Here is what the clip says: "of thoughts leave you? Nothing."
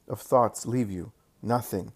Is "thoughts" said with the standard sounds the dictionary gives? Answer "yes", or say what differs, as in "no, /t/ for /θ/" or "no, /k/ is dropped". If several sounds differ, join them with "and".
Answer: yes